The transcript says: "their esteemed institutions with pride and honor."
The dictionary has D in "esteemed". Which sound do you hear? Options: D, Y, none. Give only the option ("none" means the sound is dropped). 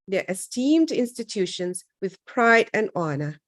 D